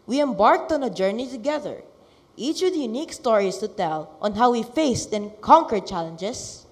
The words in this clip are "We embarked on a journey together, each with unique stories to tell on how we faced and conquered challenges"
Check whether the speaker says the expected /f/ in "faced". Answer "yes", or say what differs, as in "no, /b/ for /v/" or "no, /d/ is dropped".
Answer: yes